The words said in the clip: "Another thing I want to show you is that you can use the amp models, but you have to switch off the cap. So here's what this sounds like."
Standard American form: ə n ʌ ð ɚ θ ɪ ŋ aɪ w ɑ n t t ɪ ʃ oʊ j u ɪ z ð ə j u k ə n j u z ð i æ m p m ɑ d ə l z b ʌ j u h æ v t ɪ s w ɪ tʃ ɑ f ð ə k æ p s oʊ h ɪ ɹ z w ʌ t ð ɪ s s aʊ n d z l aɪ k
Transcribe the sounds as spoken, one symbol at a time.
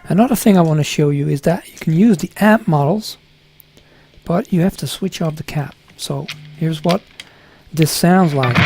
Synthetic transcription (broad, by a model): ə n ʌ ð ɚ θ ɪ ŋ aɪ w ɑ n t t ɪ ʃ oʊ j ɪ ɪ z ð ə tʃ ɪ k n j u z ð i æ p m ɑ d l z b ʌ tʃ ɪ h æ f t ɪ s w ɪ tʃ ɑ f ð ə k æ p s oʊ h ɪ ɹ z w ʌ t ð ɪ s s aʊ n d z l aɪ k